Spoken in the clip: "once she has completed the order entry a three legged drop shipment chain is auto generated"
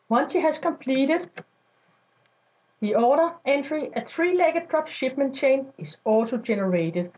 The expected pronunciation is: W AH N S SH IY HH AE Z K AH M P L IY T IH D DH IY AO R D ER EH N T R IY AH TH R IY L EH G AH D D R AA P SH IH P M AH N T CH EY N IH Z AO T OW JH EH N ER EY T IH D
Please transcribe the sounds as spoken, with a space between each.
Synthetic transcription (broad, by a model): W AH N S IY HH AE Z K AH M P L IY T IH D DH IY AO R D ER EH N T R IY AH TH R IY L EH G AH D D R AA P SH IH B M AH N CH EY N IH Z AO S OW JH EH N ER EY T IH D